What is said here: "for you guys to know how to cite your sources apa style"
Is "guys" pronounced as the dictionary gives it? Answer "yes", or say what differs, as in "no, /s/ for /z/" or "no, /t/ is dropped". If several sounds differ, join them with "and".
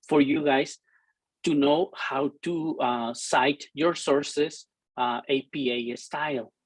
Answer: no, /s/ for /z/